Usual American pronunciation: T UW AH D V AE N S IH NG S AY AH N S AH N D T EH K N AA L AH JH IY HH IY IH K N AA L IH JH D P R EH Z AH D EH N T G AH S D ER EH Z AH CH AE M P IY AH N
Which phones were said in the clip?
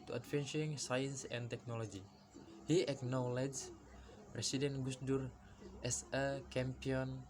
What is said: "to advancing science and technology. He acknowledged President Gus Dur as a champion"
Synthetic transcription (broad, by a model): T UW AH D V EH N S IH NG S AY AH N S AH N T EH K N AA L AH JH IY HH IY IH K N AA L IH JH P R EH S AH D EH N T G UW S D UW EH S AH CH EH M P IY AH N